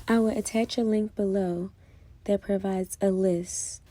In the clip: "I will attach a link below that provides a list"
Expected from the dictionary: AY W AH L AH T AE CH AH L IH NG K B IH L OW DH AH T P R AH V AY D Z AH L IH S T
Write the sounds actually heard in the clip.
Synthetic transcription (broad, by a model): AY W AH L AH T AE CH AH L IH NG K B IH L OW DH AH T P R AH V AY D Z AH L IH S T